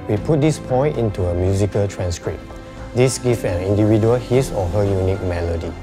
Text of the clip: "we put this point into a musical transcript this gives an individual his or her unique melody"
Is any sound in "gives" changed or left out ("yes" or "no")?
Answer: yes